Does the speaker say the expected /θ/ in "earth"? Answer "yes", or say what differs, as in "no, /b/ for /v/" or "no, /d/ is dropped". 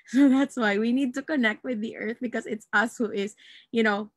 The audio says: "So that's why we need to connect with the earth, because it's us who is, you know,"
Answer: yes